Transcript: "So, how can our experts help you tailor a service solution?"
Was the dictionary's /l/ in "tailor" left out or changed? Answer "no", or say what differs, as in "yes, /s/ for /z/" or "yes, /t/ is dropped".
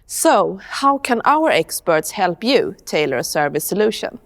no